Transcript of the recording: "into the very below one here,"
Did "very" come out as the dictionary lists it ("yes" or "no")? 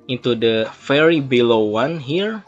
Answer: no